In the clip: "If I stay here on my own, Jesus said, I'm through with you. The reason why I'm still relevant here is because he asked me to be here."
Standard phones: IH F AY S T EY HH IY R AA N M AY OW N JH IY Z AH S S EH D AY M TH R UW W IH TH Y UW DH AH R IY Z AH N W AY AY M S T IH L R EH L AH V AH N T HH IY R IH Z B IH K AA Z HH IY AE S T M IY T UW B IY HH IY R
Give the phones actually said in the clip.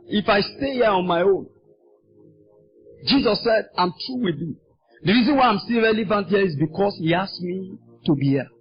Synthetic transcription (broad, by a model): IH F AY S T EY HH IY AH AA N M AY OW N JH IY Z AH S S EH D AY M T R UW W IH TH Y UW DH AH R IY Z AH N W AY AY M S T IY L R EH L AH V AH N T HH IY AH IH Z B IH K AA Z HH IY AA S M IY T UW B IY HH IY